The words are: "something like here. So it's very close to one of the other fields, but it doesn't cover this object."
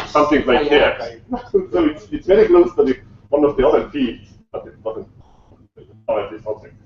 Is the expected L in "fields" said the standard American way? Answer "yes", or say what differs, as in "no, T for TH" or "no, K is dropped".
no, L is dropped